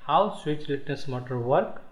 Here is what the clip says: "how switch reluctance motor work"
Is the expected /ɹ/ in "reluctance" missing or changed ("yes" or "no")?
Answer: yes